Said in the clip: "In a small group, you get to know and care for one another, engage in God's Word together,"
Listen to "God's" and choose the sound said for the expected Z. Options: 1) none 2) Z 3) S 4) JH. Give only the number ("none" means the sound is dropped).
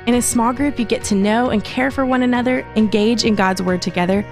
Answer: 2